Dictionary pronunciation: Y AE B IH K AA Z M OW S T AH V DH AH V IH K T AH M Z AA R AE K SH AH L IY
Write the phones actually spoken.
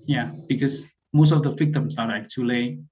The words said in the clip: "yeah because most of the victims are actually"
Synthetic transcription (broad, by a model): Y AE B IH K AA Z M OW S T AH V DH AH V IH K T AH M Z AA L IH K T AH L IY